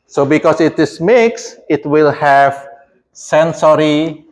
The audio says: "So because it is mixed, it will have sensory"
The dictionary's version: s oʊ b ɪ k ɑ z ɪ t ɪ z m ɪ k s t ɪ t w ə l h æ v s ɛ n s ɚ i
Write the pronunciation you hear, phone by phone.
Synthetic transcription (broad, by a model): s oʊ b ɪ k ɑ s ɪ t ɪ s m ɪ k s ɪ t w ə l h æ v s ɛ n s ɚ i